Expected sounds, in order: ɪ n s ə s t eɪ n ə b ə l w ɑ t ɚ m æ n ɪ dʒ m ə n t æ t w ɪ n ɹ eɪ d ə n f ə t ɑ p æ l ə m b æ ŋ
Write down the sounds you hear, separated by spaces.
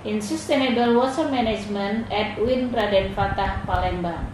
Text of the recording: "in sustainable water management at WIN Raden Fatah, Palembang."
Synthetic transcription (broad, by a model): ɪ n s ə s t eɪ n ə b ə l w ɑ s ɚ m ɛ n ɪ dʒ m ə n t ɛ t w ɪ n ɹ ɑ d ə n f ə t ɑ p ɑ l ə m b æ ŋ